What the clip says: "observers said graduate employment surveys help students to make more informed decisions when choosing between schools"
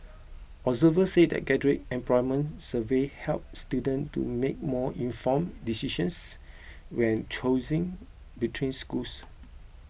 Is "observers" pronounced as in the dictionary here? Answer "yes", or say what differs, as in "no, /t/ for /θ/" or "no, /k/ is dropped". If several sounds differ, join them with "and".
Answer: no, /b/ is dropped